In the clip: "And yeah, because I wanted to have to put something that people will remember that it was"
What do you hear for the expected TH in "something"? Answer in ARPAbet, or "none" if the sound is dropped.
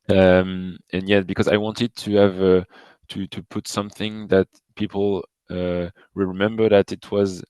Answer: TH